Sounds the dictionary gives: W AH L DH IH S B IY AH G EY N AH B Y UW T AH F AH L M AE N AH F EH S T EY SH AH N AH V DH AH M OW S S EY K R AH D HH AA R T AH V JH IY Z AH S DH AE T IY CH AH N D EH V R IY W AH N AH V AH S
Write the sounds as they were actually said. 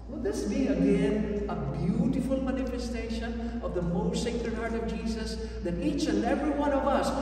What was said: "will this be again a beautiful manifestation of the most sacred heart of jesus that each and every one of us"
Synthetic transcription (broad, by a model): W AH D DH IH S B IY AH G EY N AH B Y UW T AH F AH L M AE N AH F EH S T EY SH AH N AH V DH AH M OW S S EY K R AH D HH AA R T AH V JH IY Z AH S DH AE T IY CH AH N D EH V R IY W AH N AH V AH S